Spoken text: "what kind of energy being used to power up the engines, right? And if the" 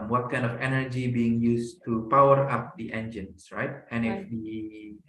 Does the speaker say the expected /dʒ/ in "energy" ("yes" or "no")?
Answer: yes